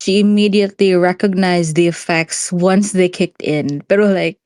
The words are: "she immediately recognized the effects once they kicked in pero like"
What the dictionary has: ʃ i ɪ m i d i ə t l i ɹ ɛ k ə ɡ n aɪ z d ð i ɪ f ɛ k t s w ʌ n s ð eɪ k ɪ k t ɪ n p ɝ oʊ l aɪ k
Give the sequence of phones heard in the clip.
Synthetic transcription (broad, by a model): ʃ i ɪ m i d i ə t l i ɹ ɛ k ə ɡ n aɪ z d ð i ɪ f ɛ k t s w ʌ n s ð eɪ k ɪ k t ɪ n b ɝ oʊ l aɪ k